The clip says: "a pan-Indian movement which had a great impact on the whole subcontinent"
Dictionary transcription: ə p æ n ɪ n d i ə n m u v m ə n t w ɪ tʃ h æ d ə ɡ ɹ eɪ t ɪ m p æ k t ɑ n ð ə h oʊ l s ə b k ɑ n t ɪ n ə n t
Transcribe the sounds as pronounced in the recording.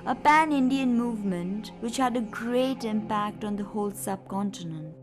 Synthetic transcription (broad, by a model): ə p æ n ɪ n d i ə n m u v m ə n t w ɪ tʃ h æ d ə ɡ ɹ eɪ t ɪ m p æ k t ɑ n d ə h oʊ l s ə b k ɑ n t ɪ n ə n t